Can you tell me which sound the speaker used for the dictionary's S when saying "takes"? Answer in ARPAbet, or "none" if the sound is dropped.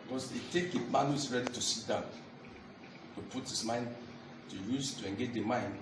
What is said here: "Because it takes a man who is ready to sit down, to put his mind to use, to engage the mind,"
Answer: none